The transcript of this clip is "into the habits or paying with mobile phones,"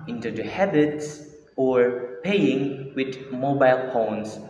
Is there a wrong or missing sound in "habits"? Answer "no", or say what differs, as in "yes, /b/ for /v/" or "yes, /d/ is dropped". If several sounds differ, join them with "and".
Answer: no